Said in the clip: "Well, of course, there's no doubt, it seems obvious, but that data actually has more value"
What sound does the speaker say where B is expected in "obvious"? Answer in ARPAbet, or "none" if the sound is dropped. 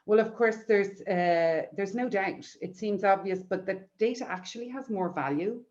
B